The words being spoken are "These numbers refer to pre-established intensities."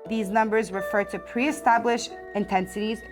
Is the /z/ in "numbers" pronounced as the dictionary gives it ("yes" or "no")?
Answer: yes